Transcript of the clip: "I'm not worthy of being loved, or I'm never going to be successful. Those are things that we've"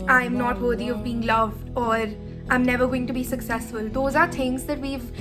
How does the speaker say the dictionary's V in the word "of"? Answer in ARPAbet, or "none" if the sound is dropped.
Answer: V